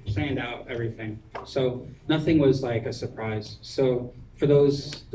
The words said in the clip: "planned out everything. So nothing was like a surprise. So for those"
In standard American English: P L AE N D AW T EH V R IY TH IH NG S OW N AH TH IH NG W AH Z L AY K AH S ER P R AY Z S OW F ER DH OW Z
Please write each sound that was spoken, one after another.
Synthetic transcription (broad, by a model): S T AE N D AW T EH V R IY TH IH NG S OW N AH TH IH NG W AH Z L AY K AH S ER P R AY Z S OW F ER DH OW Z